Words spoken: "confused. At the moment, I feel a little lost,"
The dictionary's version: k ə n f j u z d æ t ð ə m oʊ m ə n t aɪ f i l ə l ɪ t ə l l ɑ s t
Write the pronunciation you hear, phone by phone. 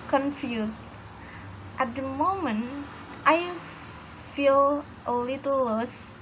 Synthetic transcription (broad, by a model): k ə n f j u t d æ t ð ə m oʊ m ə n t aɪ f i l ə l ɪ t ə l l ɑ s